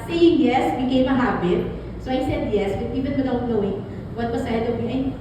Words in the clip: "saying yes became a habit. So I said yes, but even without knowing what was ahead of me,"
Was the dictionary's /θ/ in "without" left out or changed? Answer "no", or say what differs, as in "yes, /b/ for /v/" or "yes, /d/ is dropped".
yes, /t/ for /θ/